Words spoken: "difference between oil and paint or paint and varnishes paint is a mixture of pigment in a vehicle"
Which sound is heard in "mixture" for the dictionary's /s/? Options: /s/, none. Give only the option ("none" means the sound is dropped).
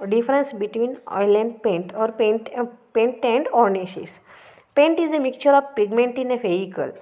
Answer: none